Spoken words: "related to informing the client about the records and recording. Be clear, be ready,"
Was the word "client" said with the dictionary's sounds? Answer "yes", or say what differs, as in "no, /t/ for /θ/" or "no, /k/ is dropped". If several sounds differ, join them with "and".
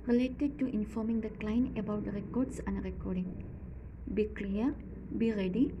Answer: no, /t/ is dropped